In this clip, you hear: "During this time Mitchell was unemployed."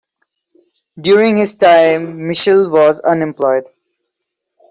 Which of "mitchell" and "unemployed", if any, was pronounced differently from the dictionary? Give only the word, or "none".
mitchell